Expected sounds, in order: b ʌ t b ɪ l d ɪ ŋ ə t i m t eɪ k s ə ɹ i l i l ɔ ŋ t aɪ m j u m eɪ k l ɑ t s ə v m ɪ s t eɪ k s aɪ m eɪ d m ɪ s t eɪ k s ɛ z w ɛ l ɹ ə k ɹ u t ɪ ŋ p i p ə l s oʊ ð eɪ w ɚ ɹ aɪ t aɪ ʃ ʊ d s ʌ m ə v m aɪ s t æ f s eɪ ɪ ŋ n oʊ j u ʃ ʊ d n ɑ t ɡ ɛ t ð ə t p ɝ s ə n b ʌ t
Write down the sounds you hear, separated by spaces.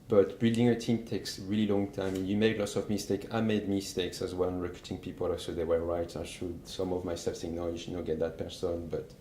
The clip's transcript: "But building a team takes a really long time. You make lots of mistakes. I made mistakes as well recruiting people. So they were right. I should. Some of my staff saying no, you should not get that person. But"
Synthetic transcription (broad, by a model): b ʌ t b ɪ l d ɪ ŋ ə t i m t eɪ k s ɹ i l i l ɔ ŋ t aɪ m j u m eɪ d l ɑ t s ə v m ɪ s t eɪ k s aɪ m eɪ d m ɪ s t eɪ k s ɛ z w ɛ n ɹ ə k ɹ u t ɪ ŋ p i p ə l s oʊ ð eɪ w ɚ ɹ aɪ t aɪ ʃ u d s ʌ m ə v m aɪ s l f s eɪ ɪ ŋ n oʊ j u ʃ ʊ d n ɑ t ɡ ɛ t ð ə t p ɝ s ə n b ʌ t